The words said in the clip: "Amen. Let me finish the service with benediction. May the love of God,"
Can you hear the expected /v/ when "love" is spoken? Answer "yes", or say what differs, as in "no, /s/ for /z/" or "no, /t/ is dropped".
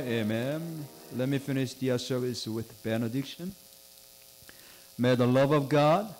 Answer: yes